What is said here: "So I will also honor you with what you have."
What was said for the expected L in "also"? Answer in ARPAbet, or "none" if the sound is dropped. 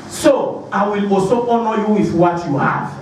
none